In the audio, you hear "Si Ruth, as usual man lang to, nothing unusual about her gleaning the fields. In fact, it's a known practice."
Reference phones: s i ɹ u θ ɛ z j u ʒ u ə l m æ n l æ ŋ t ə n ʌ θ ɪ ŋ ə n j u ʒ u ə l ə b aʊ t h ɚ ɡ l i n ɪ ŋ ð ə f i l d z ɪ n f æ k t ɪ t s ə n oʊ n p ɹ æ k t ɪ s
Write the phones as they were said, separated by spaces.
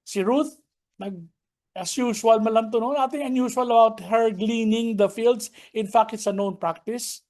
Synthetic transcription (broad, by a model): s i ɹ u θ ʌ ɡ j u ʃ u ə l m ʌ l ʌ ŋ t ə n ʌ t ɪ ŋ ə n j u ʃ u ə l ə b aʊ t h ɚ ɡ l i n ɪ ŋ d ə f i l d s ɪ n f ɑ k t ɪ t s ə n oʊ n p ɹ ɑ k t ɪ s